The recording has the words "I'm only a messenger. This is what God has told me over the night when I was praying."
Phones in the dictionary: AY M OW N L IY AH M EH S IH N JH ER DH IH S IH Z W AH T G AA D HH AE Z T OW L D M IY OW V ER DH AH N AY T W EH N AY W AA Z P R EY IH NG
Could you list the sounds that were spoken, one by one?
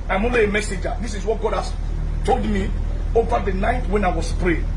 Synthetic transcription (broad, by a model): AY M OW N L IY AH M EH S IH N JH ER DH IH S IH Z W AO T G AA D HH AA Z T OW L D M IY OW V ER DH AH N AY T W EH N AY W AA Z P R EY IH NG